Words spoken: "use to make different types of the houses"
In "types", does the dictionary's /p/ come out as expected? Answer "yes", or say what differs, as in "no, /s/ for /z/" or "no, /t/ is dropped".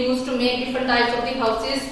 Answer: no, /p/ is dropped